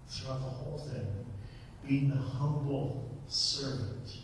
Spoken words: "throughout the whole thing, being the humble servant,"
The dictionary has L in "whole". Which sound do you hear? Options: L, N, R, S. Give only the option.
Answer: L